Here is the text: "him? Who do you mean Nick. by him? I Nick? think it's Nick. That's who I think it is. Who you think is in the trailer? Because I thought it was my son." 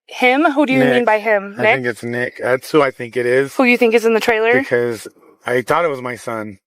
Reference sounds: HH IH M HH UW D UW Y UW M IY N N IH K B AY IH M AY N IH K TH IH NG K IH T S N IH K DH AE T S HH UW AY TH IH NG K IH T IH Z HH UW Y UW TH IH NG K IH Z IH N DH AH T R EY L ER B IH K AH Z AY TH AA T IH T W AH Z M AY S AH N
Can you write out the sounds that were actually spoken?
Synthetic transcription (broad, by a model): HH IH M HH UW D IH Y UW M IY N N B AY IH M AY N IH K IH NG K IH T S N IH K DH AE T S HH UW AY TH IH NG K IH T IH Z HH UW Y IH TH IH NG K IH Z IH N DH AH T R EY L ER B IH K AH Z AY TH AA T IH T W AH Z M AY S AH N